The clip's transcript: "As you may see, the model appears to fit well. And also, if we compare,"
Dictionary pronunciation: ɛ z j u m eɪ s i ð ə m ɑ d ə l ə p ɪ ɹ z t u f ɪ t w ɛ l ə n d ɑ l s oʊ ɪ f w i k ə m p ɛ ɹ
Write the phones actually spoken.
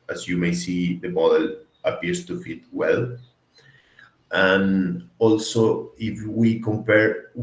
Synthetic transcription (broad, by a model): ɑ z j u m eɪ s i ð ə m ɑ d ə l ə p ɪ ɹ s t u f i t w ɛ l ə n ɑ l s oʊ ɪ f w i k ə m p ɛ ɹ